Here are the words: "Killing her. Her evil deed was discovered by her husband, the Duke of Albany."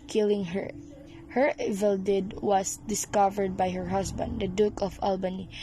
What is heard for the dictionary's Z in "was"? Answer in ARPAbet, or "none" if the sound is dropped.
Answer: S